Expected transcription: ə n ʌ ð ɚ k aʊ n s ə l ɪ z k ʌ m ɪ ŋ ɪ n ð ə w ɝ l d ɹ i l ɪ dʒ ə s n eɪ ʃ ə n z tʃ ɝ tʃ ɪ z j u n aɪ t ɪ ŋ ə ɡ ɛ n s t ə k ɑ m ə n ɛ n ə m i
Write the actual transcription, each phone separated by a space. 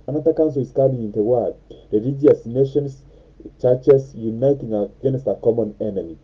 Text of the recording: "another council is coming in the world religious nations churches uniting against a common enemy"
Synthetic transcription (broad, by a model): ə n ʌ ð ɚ k aʊ n s ə l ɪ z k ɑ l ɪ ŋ ɪ n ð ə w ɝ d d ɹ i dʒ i ə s n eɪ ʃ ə n s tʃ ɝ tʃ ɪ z j u n aɪ t ɪ ŋ ə ɡ ɛ n s t ə k ɑ m ə n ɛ n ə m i